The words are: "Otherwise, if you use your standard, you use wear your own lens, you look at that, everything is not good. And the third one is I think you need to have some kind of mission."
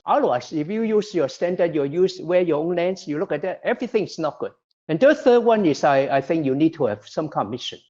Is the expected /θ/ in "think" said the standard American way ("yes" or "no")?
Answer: yes